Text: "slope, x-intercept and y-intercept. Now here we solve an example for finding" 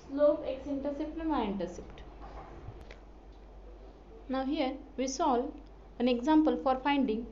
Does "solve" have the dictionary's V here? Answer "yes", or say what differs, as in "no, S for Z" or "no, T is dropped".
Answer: no, V is dropped